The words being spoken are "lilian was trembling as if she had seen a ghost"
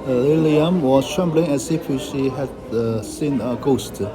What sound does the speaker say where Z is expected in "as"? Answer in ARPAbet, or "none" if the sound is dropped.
S